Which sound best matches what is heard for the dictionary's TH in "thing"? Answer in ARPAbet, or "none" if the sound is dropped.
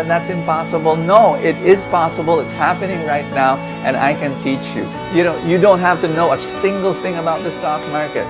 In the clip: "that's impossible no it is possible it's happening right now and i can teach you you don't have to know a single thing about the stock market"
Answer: TH